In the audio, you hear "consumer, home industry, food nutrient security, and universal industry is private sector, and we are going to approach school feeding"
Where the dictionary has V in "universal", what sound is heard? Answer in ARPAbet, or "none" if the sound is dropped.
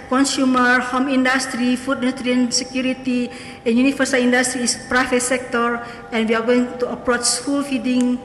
F